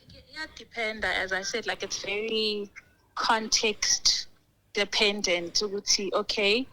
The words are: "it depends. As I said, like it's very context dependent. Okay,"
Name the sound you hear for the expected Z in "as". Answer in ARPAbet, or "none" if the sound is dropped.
Z